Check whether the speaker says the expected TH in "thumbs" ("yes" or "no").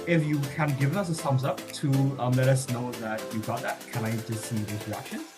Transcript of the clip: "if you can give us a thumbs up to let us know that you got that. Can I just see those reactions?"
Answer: no